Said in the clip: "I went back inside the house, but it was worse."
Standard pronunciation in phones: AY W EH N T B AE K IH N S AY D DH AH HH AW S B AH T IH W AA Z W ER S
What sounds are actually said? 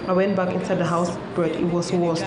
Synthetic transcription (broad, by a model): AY W EH N T B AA K IH N S AY D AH HH AW S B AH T IH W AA S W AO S